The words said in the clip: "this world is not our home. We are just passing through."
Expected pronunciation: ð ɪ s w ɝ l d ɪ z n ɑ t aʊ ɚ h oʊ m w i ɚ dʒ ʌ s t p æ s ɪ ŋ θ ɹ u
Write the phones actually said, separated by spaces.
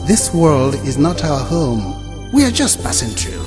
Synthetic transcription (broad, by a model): ð ɪ s w ɝ l d ɪ z n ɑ t aʊ ɚ h oʊ m w i ɚ dʒ ʌ s t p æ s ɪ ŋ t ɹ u